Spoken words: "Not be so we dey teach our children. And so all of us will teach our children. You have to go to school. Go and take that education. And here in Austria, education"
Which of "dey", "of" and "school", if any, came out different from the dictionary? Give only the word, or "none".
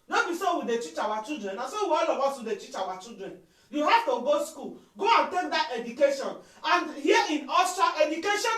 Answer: of